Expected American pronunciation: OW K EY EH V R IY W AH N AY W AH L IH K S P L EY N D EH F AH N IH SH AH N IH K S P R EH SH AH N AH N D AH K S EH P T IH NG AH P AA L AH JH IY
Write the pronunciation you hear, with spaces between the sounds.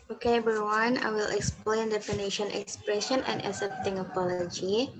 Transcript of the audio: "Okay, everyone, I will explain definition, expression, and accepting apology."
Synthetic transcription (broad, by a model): OW K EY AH R W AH N AY W AH L IH K S P L EY N D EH F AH N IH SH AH N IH K S P R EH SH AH N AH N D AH S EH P T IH NG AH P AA L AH JH IY